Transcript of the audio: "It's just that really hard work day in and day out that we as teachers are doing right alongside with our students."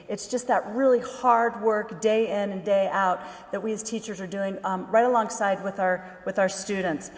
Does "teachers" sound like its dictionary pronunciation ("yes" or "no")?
yes